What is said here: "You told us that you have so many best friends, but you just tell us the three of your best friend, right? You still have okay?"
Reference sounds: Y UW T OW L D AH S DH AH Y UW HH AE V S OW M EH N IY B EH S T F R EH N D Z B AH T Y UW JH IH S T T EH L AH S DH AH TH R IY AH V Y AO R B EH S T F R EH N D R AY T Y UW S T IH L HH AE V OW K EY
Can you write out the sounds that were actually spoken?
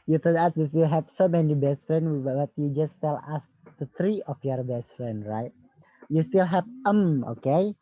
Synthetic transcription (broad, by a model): Y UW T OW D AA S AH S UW HH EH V S OW M EH N IY B EH S T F R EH N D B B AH T Y UW JH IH S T T EH L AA S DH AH T R IY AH F Y AO R B EH S T F R EH N D R AY T Y UW S T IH L HH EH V OW K EY